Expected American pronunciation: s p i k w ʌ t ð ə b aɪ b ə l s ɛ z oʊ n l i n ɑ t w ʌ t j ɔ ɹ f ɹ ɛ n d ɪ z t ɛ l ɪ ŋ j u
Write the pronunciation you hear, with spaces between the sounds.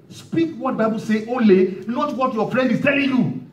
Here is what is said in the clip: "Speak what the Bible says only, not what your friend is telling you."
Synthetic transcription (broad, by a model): s p i k w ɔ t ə b aɪ b ə l s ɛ oʊ l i n ɑ t w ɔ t j ɔ f ɹ ɛ n d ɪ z t ɛ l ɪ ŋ j u